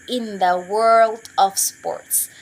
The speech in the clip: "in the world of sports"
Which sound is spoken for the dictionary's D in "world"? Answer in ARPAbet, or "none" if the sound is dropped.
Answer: D